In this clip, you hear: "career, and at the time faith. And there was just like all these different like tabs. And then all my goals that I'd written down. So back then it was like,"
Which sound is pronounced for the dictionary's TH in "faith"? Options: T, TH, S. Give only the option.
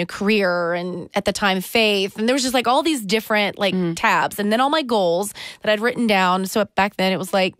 TH